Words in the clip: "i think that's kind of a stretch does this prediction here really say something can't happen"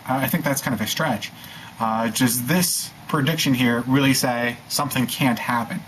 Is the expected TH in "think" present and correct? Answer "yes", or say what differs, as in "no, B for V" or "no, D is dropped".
yes